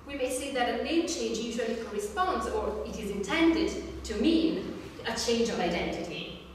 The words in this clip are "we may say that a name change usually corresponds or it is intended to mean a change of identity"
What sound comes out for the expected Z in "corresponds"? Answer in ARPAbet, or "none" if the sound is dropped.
Z